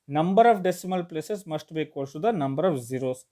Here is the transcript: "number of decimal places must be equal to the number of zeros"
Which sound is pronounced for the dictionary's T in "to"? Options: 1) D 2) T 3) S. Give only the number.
3